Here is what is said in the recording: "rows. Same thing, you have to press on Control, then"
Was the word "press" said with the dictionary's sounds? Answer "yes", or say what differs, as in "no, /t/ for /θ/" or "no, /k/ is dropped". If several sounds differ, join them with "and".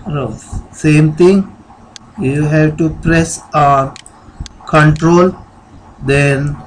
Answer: yes